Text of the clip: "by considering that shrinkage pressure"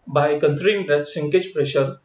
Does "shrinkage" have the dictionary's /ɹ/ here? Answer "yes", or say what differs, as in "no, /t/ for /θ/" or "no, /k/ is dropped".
no, /ɹ/ is dropped